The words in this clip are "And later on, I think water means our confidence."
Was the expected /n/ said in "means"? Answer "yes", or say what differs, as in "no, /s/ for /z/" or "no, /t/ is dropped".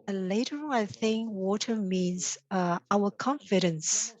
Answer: yes